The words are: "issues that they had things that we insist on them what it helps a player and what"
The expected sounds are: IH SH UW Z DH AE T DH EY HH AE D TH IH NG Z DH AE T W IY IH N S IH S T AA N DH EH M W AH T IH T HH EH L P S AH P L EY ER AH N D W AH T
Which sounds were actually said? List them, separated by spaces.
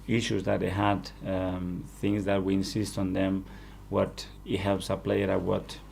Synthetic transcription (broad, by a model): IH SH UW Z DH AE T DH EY HH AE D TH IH NG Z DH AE T W IY IH N S IH S T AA N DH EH M W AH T IH T HH EH L P S AH P L EY ER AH W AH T